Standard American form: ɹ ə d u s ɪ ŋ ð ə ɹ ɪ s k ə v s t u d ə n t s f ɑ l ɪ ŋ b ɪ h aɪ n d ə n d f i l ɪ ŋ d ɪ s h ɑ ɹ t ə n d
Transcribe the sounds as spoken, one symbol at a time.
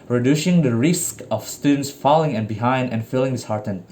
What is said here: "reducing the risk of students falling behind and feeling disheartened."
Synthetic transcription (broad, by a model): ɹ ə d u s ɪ ŋ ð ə ɹ ɪ s k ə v s t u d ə n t s f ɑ l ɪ ŋ b ɪ h aɪ n d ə n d f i l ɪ ŋ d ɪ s h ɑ ɹ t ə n